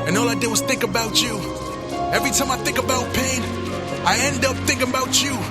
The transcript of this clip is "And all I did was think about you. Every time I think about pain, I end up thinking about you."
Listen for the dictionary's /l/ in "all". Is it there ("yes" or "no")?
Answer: yes